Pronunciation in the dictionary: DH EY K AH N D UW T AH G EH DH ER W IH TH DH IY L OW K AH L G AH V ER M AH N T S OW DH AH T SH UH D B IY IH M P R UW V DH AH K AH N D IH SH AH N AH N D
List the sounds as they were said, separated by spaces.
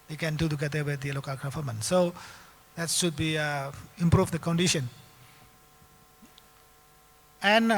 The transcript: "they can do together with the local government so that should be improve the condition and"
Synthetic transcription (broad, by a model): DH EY K AH N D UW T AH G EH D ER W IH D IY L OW K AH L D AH F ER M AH N S OW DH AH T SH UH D B IY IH M P R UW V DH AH K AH N D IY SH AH N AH N